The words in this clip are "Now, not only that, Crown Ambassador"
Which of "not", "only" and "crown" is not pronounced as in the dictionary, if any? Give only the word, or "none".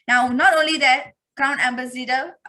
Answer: crown